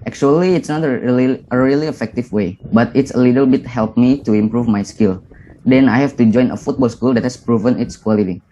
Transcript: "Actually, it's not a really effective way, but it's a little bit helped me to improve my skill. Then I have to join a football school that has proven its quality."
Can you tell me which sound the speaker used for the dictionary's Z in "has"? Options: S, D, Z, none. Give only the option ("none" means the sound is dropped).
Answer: S